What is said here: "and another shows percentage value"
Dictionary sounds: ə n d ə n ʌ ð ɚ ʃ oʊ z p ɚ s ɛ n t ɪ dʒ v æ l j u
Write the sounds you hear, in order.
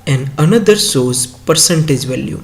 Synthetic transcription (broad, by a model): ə n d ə n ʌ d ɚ s oʊ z p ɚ s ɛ n t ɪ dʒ v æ l j u